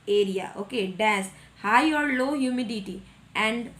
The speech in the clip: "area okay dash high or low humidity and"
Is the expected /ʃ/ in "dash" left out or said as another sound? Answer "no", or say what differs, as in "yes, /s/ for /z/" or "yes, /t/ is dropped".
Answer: yes, /s/ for /ʃ/